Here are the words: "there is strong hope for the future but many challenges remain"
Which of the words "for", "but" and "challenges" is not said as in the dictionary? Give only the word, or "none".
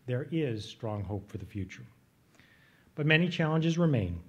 none